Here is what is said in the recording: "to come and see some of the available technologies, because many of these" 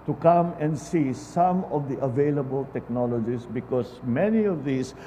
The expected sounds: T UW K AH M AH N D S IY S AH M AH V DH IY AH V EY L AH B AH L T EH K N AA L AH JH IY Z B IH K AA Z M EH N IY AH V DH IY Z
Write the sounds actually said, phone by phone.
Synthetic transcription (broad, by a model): T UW K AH M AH N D S IY S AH M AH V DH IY AH V EY L AH B AH L T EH K N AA L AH JH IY S B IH K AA S M EH N IY AH V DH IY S